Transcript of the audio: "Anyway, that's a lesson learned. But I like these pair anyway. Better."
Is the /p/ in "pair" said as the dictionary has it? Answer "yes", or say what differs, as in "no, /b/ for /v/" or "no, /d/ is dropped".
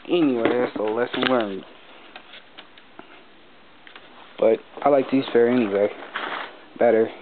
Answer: no, /f/ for /p/